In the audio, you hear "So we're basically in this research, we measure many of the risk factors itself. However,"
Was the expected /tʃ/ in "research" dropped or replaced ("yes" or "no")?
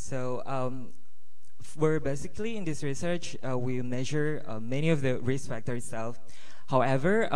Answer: no